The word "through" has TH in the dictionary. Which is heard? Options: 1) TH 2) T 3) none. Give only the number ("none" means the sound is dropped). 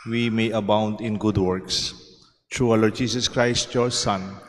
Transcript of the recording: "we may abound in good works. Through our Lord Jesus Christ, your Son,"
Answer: 2